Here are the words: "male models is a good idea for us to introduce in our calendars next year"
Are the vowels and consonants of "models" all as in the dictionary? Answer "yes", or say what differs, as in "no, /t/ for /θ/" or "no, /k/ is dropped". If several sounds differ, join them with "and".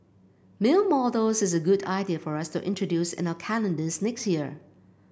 no, /l/ is dropped